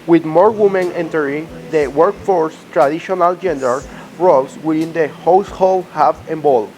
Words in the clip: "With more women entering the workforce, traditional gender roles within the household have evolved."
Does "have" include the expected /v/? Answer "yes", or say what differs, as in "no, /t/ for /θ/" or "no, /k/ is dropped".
no, /f/ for /v/